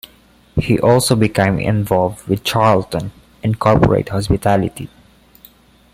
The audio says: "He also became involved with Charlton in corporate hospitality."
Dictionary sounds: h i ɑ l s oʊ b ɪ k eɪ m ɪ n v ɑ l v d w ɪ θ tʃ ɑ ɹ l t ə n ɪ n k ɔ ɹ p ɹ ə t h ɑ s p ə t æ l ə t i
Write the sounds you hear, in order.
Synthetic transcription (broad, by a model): h i ɑ l s oʊ b ɪ k eɪ m ɪ n v ɑ l v d w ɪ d tʃ ɑ ɹ l t ə n ɪ n k ɔ ɹ p ɹ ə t h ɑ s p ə t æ l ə t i